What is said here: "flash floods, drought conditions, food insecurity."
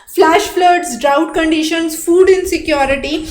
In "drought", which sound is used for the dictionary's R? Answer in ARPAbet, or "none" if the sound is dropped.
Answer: R